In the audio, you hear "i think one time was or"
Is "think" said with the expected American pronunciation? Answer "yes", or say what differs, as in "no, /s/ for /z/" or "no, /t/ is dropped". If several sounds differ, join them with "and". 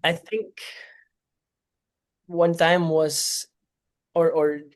yes